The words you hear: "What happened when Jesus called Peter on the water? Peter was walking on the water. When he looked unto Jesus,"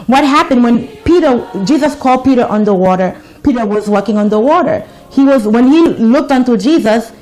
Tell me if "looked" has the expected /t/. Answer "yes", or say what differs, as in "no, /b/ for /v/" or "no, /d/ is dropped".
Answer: yes